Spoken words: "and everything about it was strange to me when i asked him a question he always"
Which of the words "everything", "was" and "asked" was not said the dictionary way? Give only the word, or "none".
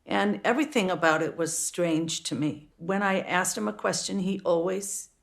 none